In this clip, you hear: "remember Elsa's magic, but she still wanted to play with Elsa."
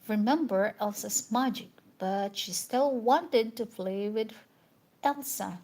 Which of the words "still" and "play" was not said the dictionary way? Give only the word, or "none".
play